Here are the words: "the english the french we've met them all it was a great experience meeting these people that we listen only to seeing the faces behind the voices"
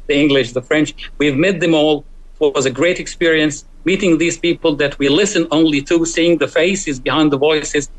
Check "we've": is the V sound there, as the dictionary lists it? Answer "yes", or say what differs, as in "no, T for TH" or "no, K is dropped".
yes